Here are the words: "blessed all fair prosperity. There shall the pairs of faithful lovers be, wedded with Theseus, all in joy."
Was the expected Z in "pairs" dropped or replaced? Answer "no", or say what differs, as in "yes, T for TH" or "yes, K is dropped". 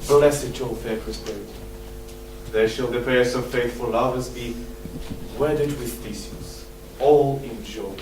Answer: yes, S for Z